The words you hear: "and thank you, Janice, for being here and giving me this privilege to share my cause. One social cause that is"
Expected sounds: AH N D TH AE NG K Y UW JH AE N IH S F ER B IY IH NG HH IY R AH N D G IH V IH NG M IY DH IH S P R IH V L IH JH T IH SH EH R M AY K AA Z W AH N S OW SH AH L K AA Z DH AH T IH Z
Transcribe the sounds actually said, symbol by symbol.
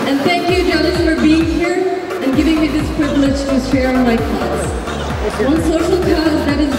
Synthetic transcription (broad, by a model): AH N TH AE NG K Y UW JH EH L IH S F ER B IY IH NG HH IY R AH N G IH V IH NG M IY DH IH S P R IH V L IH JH T IH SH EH R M AY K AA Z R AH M S OW SH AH L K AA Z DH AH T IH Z